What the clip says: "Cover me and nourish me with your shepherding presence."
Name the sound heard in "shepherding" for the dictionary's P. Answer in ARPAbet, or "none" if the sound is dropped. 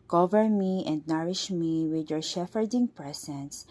F